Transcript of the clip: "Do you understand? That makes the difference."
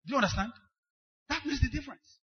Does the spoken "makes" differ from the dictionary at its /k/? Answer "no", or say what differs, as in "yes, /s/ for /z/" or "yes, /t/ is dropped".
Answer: yes, /k/ is dropped